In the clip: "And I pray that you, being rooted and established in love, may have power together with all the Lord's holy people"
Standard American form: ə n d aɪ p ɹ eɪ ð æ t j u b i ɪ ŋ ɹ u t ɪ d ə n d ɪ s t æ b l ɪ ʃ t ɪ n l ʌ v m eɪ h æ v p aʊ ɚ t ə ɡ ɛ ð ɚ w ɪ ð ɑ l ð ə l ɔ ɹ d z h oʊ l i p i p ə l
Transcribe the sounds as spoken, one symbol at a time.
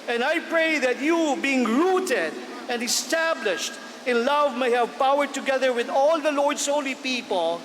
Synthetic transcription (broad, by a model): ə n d aɪ p ɹ eɪ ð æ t j u b i ɪ ŋ ɹ u t ɪ d ə n d ɪ s t æ b l ɪ ʃ t ɪ n l ʌ v m eɪ h æ v p aʊ ɚ t ə ɡ ɛ ð ɚ w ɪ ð ɑ l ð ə l ɔ ɹ d s h oʊ l i p i p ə l